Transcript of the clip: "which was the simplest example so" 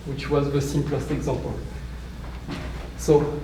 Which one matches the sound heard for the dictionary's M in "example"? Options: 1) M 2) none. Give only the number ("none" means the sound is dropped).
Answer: 2